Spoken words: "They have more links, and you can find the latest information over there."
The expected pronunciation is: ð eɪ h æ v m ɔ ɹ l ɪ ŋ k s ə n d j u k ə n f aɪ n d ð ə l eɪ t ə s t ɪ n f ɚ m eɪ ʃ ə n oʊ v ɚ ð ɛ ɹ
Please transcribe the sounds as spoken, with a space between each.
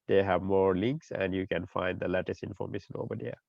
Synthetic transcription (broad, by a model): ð eɪ h æ v m ɔ ɹ l ɪ ŋ k s ə n d j u k ə n f aɪ n d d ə l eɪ t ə s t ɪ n f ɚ m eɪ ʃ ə n oʊ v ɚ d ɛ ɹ